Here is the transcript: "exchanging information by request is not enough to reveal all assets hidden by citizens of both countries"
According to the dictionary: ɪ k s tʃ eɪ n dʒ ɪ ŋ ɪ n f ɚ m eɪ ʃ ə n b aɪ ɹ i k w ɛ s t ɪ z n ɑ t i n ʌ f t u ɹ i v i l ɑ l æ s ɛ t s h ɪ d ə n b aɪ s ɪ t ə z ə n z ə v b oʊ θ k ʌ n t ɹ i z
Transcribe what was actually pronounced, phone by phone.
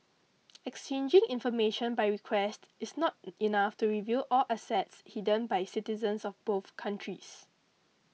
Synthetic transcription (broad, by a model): ɪ k s tʃ eɪ n dʒ ɪ ŋ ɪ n f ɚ m eɪ ʃ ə n b aɪ ɹ i k w ɛ s t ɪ s n ɑ t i n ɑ f t u ɹ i v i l ɑ l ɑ s ɛ t s h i d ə n b aɪ s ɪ t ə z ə n s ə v b oʊ θ k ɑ n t ɹ i s